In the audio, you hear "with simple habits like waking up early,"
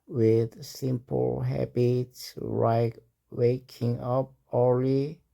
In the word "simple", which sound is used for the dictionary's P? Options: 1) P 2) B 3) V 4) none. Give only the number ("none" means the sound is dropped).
1